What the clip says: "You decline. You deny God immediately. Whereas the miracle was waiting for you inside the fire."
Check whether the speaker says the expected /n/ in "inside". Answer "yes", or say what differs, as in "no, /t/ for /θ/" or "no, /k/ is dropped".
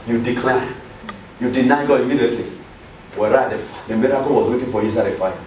no, /n/ is dropped